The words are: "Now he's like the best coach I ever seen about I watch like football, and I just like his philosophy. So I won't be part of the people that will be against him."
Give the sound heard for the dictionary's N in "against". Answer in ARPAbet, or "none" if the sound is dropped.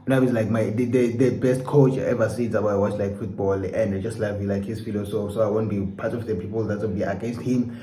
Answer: N